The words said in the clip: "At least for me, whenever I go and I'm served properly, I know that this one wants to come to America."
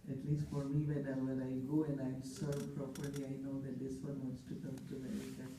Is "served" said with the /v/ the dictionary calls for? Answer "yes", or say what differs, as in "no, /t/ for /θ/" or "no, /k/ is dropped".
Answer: no, /v/ is dropped